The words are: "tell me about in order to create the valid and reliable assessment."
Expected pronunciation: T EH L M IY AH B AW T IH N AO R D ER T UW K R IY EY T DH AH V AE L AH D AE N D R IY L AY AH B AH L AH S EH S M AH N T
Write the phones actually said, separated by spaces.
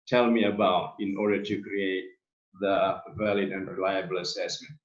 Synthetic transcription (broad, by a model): T EH L M IY AH B AW T IH N AO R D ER T UW K R IY EY T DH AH V AE L AH D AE N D R IY L AY AH B AH L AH S EH S M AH N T